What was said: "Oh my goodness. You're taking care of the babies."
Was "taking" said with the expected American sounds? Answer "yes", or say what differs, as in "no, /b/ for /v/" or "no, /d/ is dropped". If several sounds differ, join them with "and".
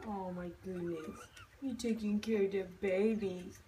yes